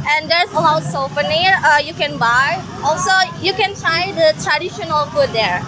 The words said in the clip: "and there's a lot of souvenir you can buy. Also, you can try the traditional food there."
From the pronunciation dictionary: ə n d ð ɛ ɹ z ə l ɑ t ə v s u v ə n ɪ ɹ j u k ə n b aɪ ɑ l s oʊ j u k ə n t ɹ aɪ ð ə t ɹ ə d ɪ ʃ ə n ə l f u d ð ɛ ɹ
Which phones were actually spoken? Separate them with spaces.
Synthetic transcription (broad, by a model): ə n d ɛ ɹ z ə l ɑ t s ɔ f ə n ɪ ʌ j u k ə n b aɪ ɑ l s oʊ j u k ə n t ɹ aɪ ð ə t ɹ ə d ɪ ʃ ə n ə l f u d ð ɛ ɹ